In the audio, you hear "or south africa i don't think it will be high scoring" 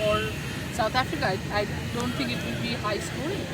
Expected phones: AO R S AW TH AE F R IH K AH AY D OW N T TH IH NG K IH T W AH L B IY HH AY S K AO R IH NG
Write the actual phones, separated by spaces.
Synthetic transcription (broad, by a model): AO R S AW T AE F R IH K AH AY D OW N T T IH NG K IH T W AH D B IY HH AY S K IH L